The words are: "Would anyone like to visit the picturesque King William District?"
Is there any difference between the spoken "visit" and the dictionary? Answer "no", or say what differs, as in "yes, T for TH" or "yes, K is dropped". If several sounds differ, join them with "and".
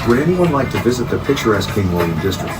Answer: no